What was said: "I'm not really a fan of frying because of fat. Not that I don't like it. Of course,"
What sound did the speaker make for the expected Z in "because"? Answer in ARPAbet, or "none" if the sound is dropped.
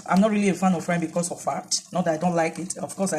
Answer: S